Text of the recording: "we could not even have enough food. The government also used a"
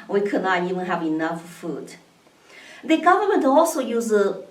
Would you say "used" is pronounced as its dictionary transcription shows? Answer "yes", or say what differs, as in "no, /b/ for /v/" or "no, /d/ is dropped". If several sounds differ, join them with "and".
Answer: no, /d/ is dropped